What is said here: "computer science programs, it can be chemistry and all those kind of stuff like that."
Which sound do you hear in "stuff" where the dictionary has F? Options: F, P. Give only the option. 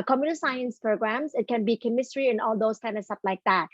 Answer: P